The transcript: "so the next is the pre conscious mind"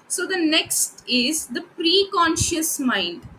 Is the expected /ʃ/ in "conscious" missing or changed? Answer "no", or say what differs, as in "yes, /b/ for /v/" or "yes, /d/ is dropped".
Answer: no